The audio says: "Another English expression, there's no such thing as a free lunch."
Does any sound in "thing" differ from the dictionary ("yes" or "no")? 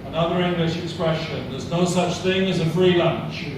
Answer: no